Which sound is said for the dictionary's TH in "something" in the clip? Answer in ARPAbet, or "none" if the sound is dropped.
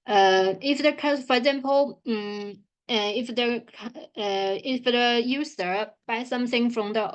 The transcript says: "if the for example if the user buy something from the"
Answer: TH